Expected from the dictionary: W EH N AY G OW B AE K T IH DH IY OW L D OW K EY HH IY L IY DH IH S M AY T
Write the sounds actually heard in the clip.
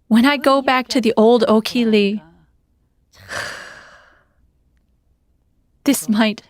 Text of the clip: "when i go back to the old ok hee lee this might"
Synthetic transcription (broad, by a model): W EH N AY G OW B AE K T IH DH IY OW L D OW K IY L IY DH IH S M AY T